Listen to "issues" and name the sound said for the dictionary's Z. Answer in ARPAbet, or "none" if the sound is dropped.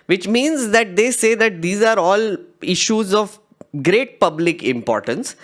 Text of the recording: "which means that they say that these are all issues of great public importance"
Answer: Z